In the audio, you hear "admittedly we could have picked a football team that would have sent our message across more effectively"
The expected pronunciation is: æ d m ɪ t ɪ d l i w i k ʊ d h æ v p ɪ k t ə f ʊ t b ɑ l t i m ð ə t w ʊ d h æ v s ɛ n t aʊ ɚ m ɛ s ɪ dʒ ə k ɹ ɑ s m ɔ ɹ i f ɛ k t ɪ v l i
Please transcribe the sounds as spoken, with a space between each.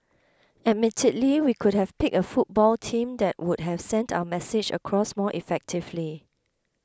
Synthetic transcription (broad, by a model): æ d m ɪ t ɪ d l i w i k ʊ d h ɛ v p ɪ k ə f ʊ t b ɑ l t i m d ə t w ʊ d h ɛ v s ɛ n t aʊ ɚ m ɛ s ɪ dʒ ə k ɹ ɑ s m ɔ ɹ i f ɛ k t ɪ v l i